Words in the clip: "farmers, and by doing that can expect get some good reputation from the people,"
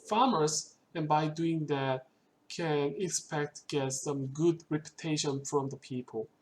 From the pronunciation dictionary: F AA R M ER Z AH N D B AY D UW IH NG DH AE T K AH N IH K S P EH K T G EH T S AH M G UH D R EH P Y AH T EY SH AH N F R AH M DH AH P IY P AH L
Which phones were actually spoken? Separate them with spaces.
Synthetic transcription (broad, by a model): F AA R M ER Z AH N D B AY D UW IH NG DH AE T K AH N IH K S P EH K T G EH T S AH M G UH D R EH P Y AH T EY SH AH N F R AH M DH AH P IY P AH L